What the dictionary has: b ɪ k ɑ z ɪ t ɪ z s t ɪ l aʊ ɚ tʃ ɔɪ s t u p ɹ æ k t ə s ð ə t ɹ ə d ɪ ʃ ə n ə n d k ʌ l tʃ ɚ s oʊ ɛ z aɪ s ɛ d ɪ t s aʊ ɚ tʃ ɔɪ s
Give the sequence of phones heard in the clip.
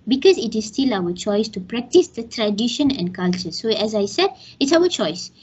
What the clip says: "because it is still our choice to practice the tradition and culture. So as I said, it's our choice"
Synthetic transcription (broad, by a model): b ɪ k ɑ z ɪ t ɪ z s t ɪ l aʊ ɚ tʃ ɔɪ s t u p ɹ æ k t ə s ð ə t ɹ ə d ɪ ʃ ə n ə n d k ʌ l tʃ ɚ s oʊ ɛ z aɪ s ɛ d ɪ t s aʊ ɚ tʃ ɔɪ s